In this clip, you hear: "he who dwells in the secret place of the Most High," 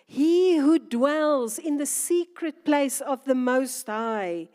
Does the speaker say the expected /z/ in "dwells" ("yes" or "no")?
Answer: yes